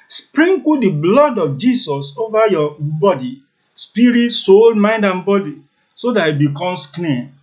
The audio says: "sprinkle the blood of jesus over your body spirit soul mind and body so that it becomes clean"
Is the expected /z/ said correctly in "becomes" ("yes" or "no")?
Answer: no